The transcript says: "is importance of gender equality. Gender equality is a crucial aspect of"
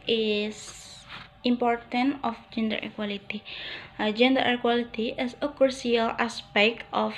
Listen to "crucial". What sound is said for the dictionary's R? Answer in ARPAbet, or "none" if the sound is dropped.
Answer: none